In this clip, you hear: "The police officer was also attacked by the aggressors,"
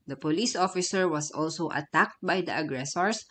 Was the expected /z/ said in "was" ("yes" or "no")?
no